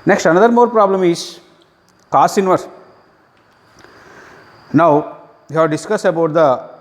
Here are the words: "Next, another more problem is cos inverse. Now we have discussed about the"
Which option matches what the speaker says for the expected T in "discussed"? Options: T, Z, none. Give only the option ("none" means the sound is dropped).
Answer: none